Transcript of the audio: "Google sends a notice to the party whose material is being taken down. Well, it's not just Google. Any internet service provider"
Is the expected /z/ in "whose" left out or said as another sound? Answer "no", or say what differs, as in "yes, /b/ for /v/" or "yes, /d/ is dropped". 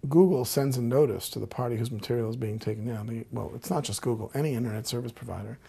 no